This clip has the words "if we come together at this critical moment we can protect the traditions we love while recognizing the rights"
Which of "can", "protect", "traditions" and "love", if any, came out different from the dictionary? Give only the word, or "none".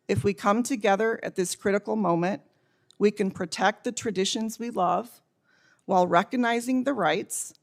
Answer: none